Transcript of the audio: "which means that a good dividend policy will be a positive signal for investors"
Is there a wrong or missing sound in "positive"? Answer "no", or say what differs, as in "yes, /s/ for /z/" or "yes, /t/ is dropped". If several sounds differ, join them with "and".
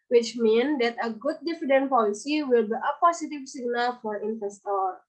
yes, /s/ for /z/